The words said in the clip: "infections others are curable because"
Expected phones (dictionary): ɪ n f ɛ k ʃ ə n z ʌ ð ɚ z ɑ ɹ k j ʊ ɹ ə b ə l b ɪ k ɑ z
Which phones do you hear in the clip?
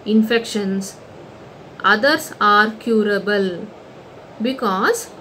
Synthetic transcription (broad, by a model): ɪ n f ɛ k ʃ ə n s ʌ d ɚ s ɑ ɹ k j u ɹ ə b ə l b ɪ k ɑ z